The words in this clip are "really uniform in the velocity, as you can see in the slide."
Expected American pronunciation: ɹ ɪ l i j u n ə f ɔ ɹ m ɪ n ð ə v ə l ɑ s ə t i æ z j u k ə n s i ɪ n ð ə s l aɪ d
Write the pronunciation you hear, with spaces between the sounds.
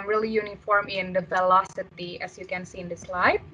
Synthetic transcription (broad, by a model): ɹ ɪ l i j u n ə f ɔ ɹ m ɪ n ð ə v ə l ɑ s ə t i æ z j u k ə n s i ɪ n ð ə s l aɪ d